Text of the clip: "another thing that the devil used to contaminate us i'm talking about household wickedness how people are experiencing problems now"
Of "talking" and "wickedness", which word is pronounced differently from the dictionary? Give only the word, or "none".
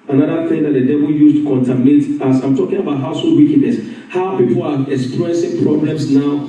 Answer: wickedness